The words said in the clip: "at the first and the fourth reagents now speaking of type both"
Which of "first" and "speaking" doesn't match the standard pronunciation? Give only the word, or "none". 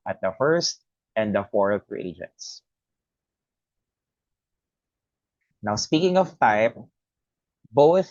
none